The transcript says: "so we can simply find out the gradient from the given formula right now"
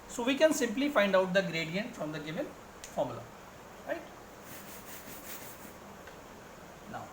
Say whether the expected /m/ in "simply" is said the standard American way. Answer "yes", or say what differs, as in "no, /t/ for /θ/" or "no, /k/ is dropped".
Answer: yes